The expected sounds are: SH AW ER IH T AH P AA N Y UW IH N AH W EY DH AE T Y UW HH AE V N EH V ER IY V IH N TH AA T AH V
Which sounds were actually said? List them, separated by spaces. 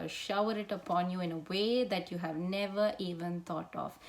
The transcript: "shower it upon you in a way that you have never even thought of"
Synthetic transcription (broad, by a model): SH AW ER IH T AH P AA N Y UW IH N AH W EY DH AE T Y UW HH AE V N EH V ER IY V IH N T AA T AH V